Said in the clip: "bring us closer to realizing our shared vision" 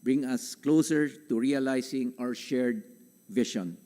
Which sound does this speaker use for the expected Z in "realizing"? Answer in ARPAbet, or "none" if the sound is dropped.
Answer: S